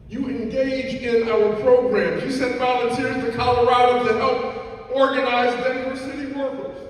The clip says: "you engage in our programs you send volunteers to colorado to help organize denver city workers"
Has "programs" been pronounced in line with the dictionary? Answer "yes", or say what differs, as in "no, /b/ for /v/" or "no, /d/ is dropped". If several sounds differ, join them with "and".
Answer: no, /z/ is dropped